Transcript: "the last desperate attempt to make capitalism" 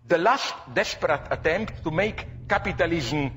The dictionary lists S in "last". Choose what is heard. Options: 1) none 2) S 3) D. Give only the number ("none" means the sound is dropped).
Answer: 2